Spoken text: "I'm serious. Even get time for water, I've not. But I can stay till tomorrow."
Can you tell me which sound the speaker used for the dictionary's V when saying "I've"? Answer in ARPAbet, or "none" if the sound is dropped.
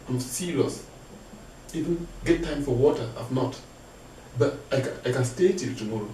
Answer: F